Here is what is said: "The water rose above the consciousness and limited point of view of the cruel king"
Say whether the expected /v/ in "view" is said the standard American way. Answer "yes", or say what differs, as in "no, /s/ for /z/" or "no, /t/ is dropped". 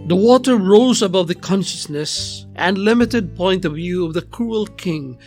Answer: yes